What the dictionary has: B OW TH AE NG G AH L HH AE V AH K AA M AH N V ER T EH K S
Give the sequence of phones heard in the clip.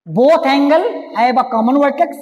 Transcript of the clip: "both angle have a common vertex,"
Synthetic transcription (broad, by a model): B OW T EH NG G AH L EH B AH K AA M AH N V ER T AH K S